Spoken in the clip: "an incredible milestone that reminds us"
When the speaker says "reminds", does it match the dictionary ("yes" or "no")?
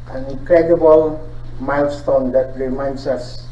no